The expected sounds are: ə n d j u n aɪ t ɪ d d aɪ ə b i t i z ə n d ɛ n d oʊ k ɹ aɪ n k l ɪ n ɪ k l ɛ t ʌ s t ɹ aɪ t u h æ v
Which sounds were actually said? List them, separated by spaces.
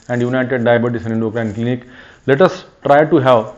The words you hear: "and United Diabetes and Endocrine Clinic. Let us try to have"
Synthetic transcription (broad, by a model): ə n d j u n aɪ t ɪ d d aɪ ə b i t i s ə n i n d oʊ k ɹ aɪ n k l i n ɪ k l ɛ t ʌ s t ɹ aɪ t u h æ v